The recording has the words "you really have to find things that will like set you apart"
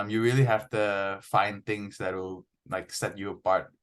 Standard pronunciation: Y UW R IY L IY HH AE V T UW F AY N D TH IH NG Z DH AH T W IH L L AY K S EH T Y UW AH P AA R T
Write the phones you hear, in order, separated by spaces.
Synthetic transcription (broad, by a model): Y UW R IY L IY HH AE F T UW F AY N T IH NG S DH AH T W IH L L AY K S EH T Y UW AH P AA R T